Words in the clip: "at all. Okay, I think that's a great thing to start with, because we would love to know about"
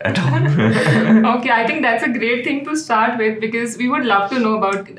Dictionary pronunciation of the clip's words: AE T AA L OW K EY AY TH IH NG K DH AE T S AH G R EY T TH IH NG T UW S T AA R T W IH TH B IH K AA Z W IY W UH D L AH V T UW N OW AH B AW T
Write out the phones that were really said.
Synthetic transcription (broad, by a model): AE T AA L OW K EY AY T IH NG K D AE T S AH G R EY T T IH NG T UW S T AA R T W IH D B IH K AA Z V IY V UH D L AH V T UW N OW AH B AW T